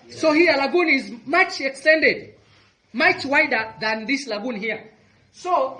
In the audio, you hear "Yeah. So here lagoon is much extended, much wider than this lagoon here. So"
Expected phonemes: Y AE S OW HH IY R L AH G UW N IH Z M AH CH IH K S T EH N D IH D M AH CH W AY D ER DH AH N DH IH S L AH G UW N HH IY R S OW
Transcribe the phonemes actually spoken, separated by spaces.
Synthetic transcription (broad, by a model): S OW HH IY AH L AH G UW N IH Z M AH CH IH K S T EH N D IH D M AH CH W AY D ER DH AH N DH IH S L AH G UW N HH IY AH S OW